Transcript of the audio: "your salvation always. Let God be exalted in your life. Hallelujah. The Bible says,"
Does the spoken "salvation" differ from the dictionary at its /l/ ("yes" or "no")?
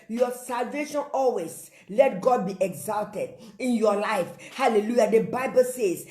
no